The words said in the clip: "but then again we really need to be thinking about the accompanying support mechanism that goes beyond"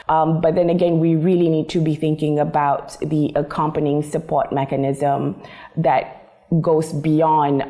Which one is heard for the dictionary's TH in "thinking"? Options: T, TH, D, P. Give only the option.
TH